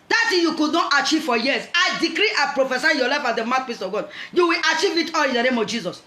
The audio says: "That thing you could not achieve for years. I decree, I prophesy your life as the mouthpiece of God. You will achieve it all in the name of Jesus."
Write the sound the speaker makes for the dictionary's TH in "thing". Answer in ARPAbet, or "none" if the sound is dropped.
S